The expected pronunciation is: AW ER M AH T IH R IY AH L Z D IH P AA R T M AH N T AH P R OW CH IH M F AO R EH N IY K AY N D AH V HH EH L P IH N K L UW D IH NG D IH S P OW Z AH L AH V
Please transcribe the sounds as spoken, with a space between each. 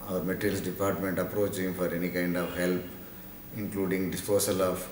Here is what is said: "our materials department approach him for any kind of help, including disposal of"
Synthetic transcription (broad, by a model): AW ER M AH T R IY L S D IH P AA R T M AH N T AH P R OW CH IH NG F AO R EH N IY K AY N D AH V HH EH L P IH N K L UW D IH NG D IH S P OW S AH L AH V